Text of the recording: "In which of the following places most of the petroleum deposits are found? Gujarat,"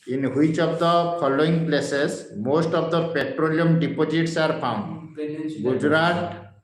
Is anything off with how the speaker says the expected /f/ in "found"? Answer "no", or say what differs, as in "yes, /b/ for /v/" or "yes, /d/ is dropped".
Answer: yes, /p/ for /f/